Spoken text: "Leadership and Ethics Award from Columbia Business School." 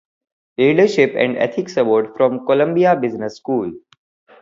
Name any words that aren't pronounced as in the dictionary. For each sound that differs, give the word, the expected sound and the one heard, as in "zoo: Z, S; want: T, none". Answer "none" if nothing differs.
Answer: ethics: TH, T